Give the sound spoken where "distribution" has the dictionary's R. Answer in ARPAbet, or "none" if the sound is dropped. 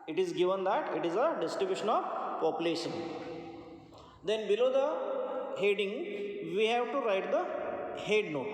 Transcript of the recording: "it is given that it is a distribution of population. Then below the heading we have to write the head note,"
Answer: none